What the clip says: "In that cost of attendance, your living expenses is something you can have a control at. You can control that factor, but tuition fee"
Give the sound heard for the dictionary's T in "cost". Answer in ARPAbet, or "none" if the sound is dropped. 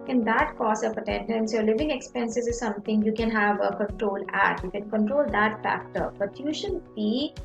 none